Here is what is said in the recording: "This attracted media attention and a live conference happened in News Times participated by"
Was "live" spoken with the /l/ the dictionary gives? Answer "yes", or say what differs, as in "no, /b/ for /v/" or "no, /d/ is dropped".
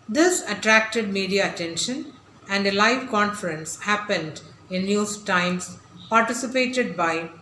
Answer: yes